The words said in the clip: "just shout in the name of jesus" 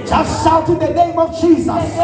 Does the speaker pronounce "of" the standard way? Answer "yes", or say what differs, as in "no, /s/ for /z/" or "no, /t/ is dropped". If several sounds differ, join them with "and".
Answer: yes